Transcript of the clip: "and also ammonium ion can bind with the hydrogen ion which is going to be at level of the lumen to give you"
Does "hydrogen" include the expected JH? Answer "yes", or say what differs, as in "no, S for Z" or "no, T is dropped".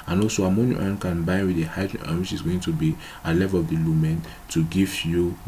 no, JH is dropped